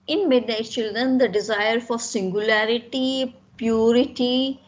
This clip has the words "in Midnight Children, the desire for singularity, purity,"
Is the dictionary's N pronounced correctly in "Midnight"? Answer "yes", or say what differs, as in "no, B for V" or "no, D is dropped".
no, N is dropped